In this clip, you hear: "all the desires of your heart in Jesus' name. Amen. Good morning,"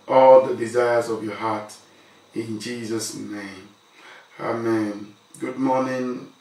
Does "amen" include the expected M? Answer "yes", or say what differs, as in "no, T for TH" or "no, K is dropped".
yes